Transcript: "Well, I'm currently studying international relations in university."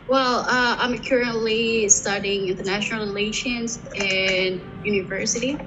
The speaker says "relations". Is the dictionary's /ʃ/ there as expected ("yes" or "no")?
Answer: yes